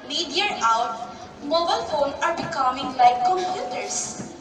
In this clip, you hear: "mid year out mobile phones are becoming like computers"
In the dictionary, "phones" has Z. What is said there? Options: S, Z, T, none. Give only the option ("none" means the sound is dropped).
none